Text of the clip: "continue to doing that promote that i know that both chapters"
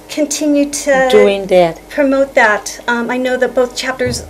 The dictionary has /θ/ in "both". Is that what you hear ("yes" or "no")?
yes